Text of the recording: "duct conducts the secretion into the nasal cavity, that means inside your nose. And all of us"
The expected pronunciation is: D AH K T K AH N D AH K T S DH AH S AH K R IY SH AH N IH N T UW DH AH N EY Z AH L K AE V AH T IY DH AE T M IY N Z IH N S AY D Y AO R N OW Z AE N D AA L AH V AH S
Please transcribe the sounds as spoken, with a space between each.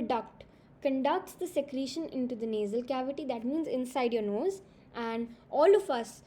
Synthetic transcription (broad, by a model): D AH K T K AH N D AH K T S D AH S AH K R IY SH AH N IH N T UW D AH N EY Z AH L K AE V AH T IY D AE T M IY N Z IH N S AY D Y AO R N OW Z AE N D AA L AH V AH S